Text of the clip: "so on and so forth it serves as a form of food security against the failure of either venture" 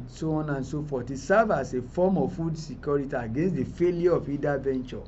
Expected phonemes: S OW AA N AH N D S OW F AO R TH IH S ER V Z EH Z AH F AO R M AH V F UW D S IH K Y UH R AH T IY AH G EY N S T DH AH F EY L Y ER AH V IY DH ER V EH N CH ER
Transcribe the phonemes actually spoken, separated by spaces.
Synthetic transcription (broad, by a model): S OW AA N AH N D S OW F AO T IH S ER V AA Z AH F AO M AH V F UW D S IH K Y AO R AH T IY AH G EY N S T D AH F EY L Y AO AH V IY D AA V EH N CH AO